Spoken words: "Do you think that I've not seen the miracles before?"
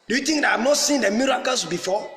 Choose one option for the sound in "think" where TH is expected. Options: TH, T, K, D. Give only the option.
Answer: T